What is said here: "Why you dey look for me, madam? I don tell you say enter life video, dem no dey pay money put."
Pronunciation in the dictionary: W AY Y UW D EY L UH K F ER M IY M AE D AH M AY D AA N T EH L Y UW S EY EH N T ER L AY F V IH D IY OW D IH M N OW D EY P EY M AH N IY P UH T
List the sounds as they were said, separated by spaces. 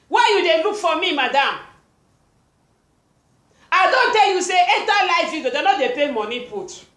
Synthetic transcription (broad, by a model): W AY Y UW D EY L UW K F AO M IY M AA D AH M AY D AA N T EH L Y UW S EY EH T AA L AY F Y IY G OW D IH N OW D EY P EY M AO N IY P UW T